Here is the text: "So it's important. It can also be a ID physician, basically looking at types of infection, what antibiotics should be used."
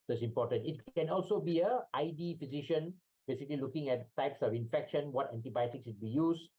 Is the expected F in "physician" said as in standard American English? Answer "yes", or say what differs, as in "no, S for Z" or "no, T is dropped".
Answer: yes